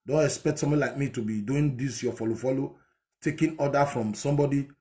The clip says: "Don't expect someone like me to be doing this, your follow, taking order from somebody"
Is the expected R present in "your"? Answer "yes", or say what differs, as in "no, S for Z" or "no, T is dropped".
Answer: no, L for R